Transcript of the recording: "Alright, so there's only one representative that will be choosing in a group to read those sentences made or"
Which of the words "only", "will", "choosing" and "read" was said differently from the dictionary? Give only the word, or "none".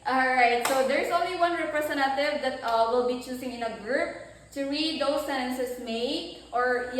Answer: choosing